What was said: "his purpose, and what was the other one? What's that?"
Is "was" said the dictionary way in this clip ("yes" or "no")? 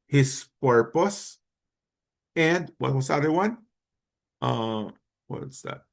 no